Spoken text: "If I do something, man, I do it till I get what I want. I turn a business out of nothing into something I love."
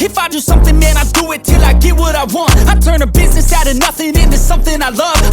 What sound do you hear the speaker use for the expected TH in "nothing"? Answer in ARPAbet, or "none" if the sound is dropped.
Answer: TH